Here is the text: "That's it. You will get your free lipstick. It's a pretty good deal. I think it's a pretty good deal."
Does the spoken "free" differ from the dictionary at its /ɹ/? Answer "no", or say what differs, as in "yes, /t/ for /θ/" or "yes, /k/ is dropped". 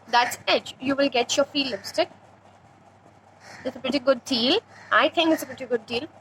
yes, /ɹ/ is dropped